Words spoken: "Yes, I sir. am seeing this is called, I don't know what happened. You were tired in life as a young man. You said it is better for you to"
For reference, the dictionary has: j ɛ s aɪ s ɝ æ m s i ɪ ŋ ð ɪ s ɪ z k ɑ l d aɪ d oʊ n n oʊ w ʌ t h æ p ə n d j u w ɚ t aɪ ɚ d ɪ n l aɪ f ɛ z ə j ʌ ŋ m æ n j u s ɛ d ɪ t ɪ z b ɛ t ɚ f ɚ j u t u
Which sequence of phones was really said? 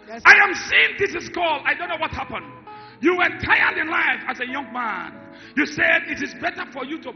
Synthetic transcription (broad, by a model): aɪ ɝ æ m s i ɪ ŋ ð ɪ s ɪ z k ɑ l aɪ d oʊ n n oʊ w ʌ t h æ p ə n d j u w ɚ t aɪ ɚ d ɪ n l aɪ f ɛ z ə j ʌ ŋ m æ n j u s ɛ d ɪ t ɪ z b ɛ t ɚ f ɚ j u t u